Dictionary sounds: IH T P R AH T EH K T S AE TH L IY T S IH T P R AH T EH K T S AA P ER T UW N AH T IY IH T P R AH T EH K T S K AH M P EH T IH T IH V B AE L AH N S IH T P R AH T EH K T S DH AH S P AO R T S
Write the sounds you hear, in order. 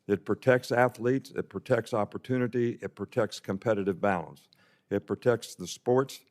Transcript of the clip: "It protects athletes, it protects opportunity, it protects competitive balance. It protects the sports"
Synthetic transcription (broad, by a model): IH T P R AH T EH K T S AE TH L IY T S IH T P R AH T EH K T S AA P ER T UW N AH T IY IH T P R AH T EH K T S K AH M P EH T IH T IH V B AE L AH N S IH T P R AH T EH K T S DH AH S P AO R T S